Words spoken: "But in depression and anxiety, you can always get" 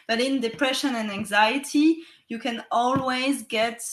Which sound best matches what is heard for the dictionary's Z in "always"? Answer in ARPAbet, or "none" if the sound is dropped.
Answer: Z